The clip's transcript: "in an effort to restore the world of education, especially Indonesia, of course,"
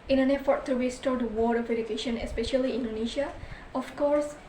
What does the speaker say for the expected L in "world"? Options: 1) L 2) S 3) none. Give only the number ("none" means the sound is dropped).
3